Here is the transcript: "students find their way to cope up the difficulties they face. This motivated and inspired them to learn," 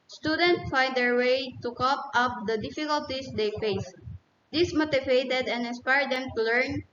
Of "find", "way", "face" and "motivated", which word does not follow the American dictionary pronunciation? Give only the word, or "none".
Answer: none